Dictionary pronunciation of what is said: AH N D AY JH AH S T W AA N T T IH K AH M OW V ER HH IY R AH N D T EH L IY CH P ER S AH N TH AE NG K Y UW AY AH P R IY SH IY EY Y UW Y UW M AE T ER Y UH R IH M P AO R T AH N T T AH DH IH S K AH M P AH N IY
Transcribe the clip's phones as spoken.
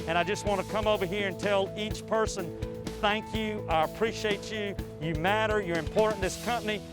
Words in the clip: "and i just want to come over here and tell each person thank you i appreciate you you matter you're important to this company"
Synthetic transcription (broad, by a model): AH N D AY JH AH S T W AA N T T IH K AH M OW V ER HH IY R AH N T EH L IY CH P ER S AH N TH AE NG K Y UW AY AH P R IY SH IY EY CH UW Y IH M AE T ER Y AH R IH M P AO R T N DH IH S K AH M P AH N IY